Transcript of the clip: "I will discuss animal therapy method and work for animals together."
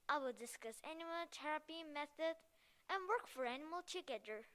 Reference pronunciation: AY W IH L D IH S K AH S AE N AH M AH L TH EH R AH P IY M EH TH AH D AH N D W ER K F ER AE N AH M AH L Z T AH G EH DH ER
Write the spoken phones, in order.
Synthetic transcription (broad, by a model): AY W IH L D IH S K AH S AE N AH M AH L T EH R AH P IY M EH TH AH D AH N W ER K F ER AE N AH M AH L T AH G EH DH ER